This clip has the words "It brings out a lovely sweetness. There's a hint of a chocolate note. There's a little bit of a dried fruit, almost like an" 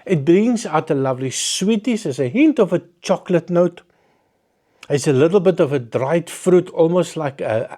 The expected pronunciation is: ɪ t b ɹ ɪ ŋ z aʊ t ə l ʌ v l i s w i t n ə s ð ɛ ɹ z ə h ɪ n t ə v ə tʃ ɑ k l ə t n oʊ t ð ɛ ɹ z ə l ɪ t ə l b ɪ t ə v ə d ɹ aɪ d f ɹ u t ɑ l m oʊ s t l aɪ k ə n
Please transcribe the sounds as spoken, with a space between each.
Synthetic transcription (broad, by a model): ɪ t b ɹ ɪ ŋ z aʊ t ə l ʌ v l i s w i t ə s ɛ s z ə h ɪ n t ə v ə tʃ ɑ k l ə t n oʊ t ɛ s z ə l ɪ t l b ɪ t ə v ə d ɹ aɪ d f ɹ u t ɑ l m oʊ s t l aɪ k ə